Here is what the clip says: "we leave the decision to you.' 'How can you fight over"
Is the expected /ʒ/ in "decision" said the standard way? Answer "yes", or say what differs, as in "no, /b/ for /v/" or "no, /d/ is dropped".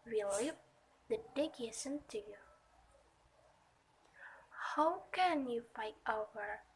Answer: no, /s/ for /ʒ/